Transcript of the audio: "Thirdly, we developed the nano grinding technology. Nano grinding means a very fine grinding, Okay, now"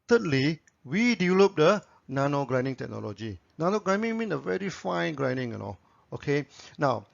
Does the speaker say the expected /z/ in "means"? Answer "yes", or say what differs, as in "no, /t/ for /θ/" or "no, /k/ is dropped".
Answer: no, /z/ is dropped